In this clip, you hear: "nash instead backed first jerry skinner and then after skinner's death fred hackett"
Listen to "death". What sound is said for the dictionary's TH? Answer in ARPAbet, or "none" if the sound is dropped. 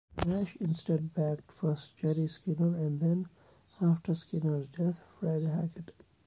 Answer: T